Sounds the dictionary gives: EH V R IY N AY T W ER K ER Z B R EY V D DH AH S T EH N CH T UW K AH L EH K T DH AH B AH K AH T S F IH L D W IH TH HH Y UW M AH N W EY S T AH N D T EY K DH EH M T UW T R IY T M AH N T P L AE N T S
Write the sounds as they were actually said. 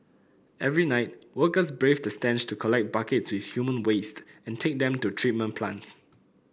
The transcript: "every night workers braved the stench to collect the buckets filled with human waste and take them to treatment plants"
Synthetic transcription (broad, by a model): EH V R IY N AY T W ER K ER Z B R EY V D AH S T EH N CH T UW K AH L EH K T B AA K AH T S W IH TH HH Y UW M AH N W EY S T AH N T EY K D EH M T UW T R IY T M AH N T P L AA N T S